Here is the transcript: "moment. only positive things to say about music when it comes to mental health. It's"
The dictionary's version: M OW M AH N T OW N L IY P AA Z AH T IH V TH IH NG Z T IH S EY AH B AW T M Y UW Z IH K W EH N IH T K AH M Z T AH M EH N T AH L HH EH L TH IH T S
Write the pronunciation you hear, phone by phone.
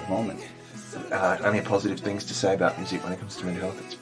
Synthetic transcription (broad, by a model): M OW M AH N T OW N IY P AA Z AH T IH V TH IH NG Z T IH S EY AH B AW T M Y UW Z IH K W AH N IH T K AH M Z T AH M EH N HH EH L TH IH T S